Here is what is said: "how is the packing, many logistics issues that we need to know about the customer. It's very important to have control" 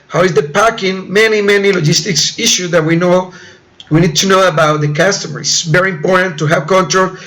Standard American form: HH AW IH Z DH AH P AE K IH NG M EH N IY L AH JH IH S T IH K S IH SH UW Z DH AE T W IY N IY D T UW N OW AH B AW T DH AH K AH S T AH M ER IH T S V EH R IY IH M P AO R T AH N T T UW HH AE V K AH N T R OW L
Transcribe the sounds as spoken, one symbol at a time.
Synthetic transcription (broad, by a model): HH AW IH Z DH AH P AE K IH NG M EH N IY L AH JH IH S T IH K S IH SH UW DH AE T W IY N IY D T UW N OW AH B AW T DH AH K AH S T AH M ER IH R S V EH R IY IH M P AO R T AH N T T UW HH AE V K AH N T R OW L